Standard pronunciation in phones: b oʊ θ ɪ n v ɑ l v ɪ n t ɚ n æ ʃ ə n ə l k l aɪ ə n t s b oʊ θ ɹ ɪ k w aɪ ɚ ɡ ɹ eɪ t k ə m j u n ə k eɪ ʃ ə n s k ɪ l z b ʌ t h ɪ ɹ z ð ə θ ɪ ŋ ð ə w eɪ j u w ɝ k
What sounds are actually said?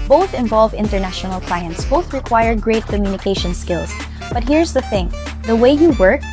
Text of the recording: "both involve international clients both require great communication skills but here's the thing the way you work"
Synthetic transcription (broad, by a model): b oʊ θ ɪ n v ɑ l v ɪ n t ɚ n æ ʃ ə n ə l k l aɪ ə n t s b oʊ θ ɹ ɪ k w aɪ ɚ ɡ ɹ eɪ t k ə m j u n ə k eɪ ʃ ə n s k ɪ l s b ʌ t h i ɹ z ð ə θ ɪ ŋ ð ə w eɪ j u w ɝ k